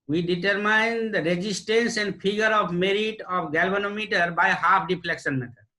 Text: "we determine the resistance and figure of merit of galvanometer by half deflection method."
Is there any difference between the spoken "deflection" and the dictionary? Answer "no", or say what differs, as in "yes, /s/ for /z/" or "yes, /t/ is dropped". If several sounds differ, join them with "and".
yes, /p/ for /f/